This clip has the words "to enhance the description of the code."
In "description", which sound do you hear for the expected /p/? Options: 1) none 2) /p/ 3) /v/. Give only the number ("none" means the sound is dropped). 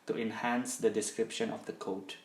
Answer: 2